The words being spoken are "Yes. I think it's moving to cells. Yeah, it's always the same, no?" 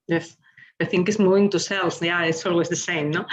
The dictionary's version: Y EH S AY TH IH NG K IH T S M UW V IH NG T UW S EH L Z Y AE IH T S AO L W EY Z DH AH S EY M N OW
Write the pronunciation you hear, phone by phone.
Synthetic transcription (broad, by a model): Y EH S AY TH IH NG K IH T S M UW IH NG T UW S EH L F Y AE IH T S AO L W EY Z DH AH S EY M N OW